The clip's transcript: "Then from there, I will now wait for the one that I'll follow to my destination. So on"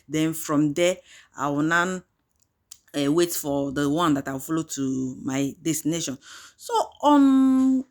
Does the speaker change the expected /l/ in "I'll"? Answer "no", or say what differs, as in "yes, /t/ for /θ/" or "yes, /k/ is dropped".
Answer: yes, /w/ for /l/